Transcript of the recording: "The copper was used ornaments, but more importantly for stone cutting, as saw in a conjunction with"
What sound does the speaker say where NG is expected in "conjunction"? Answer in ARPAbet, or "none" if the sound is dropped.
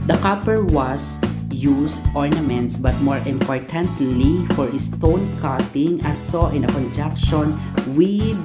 none